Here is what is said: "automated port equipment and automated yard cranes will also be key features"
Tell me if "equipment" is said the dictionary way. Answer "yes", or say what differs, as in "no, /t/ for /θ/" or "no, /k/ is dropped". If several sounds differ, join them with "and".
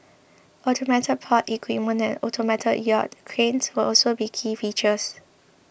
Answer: no, /p/ is dropped